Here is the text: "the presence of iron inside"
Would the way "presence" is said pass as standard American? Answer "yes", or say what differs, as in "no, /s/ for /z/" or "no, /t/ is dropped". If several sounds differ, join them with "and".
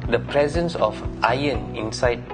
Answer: yes